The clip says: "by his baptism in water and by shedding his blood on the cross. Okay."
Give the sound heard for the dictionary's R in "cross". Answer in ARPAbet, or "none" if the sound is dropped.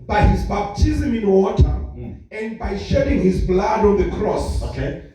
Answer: R